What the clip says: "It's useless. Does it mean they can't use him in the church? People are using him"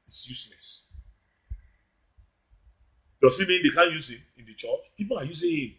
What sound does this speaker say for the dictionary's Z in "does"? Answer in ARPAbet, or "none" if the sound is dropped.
S